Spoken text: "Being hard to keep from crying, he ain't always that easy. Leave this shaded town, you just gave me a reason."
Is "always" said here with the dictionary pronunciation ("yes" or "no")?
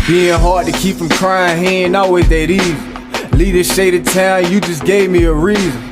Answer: no